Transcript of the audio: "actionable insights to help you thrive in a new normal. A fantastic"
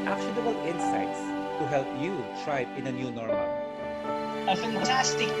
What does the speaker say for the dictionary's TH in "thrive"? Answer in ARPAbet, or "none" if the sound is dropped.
T